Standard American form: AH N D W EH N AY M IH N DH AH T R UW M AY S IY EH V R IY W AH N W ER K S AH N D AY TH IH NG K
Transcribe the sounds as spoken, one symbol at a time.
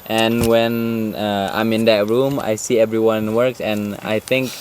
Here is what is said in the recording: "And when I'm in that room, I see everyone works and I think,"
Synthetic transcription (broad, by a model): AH N W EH N AY M IH N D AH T R UW M AY S IY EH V R IY W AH N W ER K S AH N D AY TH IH NG K